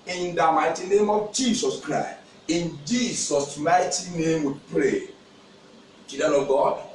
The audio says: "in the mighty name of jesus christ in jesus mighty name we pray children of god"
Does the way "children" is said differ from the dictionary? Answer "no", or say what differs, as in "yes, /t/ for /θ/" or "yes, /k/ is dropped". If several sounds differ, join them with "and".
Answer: yes, /l/ is dropped